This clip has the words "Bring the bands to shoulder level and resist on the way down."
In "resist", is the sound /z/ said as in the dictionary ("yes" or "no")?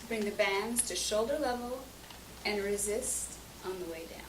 yes